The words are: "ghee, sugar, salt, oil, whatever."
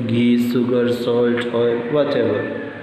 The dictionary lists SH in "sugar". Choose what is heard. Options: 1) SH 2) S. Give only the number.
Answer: 2